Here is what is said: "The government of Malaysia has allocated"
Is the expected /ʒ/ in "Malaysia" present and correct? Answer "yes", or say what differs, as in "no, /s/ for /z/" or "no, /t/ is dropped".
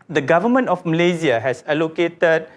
no, /z/ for /ʒ/